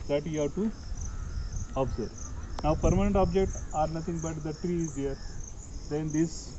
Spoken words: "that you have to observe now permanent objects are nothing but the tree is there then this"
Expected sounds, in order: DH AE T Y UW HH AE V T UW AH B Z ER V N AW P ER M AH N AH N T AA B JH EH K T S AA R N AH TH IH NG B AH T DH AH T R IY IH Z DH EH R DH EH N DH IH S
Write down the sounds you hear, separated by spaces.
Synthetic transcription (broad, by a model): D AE T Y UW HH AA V T UW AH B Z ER N AW P ER M AH N AH N T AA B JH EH K T AA R N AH T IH NG B AH T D AH T R IY IH Z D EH R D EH N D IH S